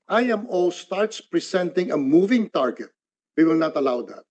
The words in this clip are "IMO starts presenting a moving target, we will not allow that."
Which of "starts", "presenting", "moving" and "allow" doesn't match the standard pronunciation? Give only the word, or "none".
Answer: presenting